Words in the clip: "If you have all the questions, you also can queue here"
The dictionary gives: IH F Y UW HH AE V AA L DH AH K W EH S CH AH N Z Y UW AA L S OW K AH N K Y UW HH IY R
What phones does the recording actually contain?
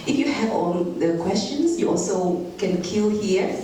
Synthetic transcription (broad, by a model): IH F Y UW HH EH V AA L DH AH K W EH S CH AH N S Y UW AA L S OW K AH N K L HH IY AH